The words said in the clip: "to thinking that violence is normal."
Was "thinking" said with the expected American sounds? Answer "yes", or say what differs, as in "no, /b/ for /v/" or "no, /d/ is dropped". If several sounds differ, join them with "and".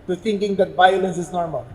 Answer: no, /t/ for /θ/